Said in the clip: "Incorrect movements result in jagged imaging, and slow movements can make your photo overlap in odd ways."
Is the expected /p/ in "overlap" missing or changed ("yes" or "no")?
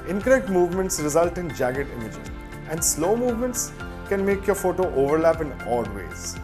no